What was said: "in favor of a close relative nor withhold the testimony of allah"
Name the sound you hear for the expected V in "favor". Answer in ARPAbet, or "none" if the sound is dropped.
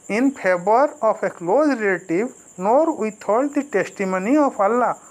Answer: B